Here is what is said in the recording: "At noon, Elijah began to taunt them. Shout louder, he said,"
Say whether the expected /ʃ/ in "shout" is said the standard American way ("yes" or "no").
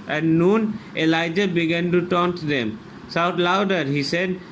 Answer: no